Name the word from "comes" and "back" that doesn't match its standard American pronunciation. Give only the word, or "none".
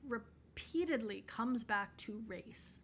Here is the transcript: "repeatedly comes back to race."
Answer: none